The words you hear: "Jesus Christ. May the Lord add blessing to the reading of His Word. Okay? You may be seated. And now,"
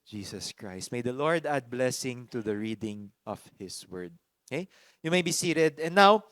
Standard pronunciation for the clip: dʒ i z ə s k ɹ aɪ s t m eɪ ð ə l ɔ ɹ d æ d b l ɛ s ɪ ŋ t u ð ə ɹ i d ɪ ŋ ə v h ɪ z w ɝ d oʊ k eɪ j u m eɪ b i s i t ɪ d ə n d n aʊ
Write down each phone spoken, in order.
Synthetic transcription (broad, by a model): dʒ i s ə s k ɹ aɪ s t m eɪ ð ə l ɔ ɹ d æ d b l ɛ s ɪ ŋ t u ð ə ɹ i d ɪ ŋ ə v h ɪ s w ɝ d oʊ k eɪ j u m eɪ b i s i t ɪ d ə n n aʊ